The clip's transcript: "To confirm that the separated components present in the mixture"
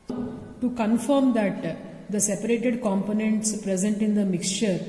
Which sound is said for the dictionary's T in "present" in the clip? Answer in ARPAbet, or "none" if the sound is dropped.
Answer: T